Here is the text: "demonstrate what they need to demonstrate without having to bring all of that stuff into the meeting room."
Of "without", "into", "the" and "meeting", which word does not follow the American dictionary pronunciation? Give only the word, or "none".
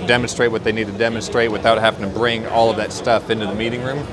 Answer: none